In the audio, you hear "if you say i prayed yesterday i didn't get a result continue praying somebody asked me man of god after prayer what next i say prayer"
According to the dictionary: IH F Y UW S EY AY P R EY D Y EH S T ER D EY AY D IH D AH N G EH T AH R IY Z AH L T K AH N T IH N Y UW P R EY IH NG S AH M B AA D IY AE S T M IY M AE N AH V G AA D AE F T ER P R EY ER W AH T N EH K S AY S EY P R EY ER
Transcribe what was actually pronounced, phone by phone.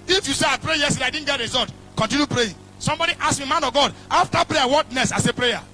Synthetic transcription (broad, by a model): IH F Y UW S EY AY P R EY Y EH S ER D AY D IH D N G EH T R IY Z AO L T K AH N T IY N Y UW P R EY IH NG S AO M B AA D IY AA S M IY M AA N AH V G AA D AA F T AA P R EY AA W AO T N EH S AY S EY P R EY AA